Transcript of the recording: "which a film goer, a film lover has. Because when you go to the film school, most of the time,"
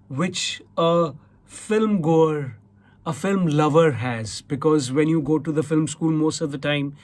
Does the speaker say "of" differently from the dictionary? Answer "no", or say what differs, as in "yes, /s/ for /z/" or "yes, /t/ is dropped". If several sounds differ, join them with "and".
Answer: no